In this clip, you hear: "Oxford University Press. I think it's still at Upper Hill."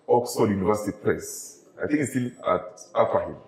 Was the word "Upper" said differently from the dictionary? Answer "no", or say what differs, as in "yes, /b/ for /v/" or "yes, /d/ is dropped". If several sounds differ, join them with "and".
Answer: yes, /f/ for /p/